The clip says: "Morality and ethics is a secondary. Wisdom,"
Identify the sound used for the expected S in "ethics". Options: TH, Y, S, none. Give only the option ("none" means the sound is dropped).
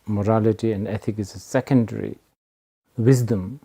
none